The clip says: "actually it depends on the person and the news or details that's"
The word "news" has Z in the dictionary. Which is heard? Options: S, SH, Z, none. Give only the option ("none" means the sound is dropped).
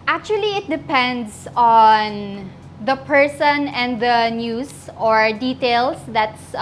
S